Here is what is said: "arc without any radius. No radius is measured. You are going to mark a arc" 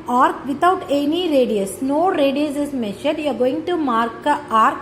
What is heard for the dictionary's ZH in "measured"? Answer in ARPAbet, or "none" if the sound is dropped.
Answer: SH